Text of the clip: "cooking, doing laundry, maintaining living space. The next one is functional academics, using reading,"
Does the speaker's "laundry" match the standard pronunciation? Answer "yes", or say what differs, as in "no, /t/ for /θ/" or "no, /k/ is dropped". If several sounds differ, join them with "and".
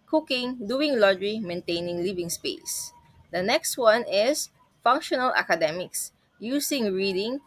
no, /n/ is dropped